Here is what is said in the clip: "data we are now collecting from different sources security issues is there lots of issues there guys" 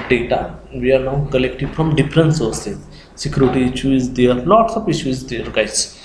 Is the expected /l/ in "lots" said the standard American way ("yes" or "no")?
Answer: no